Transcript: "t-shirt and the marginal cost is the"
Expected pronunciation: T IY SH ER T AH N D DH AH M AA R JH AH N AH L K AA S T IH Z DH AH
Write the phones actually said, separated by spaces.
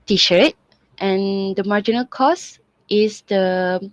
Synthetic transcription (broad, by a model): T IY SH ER T AH N D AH M AA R JH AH N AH L K AA S T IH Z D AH